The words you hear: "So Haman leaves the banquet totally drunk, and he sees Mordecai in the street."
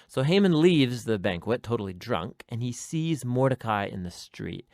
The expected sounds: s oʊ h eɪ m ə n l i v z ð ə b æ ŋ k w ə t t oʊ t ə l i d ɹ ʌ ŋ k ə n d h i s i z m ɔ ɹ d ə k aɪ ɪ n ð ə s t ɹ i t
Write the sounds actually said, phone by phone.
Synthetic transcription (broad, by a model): s oʊ h eɪ m ə n l i v z ð ə b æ ŋ k w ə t t oʊ t l i d ɹ ʌ ŋ k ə n i s i z m ɔ ɹ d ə k aɪ ɪ n ð ə s t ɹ i t